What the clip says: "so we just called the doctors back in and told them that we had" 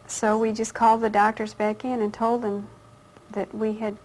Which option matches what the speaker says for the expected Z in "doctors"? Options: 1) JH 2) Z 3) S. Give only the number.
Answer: 2